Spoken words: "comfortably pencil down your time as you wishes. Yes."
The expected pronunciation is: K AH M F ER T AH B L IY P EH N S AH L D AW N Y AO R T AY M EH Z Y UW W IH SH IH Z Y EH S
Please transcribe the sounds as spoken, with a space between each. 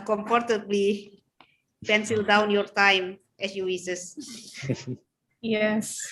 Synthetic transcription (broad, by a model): K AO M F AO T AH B L IY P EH N S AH L D AW N Y AO R T AY M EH S Y UW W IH S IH S Y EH S